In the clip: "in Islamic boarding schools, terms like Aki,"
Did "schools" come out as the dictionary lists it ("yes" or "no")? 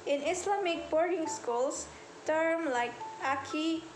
no